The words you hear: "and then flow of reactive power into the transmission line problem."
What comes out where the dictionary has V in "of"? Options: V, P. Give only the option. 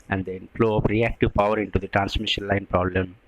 P